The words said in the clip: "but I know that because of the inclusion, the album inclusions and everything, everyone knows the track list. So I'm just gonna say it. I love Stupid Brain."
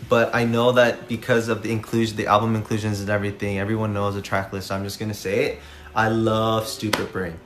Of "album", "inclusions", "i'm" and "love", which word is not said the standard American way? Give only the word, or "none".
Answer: none